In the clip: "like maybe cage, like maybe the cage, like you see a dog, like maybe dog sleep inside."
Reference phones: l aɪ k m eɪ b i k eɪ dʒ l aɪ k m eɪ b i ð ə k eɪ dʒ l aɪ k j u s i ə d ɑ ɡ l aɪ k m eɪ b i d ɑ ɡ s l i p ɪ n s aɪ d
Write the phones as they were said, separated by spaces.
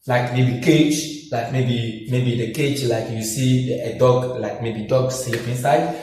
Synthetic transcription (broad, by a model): l aɪ k m eɪ b i k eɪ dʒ l aɪ k m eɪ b i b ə k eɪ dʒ l aɪ k j u s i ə d ɑ ɡ l aɪ k m eɪ b i d ɑ ɡ s i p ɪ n s aɪ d